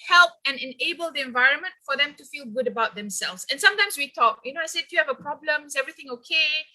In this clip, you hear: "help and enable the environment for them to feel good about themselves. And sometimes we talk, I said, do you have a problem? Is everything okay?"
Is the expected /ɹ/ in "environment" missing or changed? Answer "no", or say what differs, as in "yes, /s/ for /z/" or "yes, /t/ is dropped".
no